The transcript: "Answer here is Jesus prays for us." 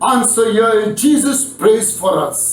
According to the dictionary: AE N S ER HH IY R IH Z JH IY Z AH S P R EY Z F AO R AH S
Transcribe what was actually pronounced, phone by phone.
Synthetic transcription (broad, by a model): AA N S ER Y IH JH IY Z AH S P R EY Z F AO R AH S